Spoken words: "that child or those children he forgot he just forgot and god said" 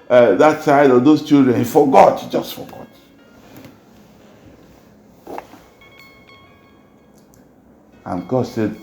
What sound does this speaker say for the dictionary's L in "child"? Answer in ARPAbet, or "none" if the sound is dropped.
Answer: none